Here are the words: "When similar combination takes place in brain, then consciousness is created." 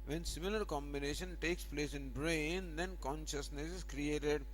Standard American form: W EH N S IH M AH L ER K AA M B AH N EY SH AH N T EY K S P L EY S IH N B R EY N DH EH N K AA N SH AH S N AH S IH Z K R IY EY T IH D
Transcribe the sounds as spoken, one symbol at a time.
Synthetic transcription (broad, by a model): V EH N S IH M AH L ER K AA M B AH N EY SH AH N T EY K S P L EY S IH N B R EY N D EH N K AA N SH AH S N AH S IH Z K R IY EY T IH D